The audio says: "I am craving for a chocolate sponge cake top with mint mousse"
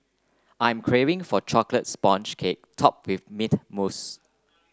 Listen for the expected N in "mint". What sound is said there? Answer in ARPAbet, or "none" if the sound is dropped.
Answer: none